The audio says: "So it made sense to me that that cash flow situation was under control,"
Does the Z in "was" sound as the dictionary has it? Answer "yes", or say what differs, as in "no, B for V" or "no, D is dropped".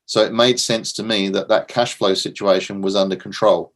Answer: yes